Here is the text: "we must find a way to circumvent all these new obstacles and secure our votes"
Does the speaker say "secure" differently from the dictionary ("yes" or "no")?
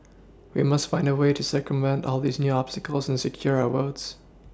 no